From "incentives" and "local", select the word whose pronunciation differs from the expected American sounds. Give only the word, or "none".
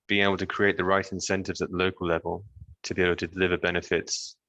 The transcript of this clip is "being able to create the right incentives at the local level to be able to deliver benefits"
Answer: none